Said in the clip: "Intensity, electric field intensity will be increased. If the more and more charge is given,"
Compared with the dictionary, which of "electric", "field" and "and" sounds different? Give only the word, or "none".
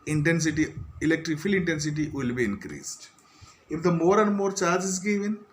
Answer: field